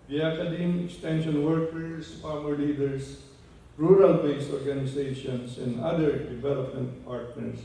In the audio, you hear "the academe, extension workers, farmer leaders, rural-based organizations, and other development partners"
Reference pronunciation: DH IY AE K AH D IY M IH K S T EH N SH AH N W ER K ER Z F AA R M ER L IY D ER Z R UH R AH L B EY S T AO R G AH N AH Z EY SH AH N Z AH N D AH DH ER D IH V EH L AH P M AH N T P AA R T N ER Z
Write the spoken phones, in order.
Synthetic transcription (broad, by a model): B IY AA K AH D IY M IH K S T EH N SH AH N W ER K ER S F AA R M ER L IY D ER S R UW R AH L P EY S AO R G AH N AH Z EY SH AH N S AH N D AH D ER D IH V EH L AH P M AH N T P AA R T N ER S